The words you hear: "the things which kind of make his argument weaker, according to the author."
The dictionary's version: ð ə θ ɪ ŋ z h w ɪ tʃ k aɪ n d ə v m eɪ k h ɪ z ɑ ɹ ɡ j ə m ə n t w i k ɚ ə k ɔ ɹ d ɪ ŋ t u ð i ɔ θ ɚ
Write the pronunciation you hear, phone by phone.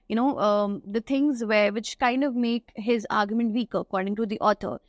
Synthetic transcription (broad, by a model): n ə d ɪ ŋ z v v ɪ tʃ k aɪ n d ə v m eɪ k h ɪ z ɑ ɹ ɡ j ə m ə n t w i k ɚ ə k ɔ ɹ d ɪ ŋ t u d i ɔ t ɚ